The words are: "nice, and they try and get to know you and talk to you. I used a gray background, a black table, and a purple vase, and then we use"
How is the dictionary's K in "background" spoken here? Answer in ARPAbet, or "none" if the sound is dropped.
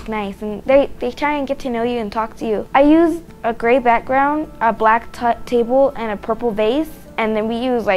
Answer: K